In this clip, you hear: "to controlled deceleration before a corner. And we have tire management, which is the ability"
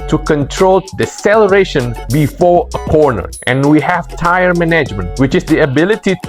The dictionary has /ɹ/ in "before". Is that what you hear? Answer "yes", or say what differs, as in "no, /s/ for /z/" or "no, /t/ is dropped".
yes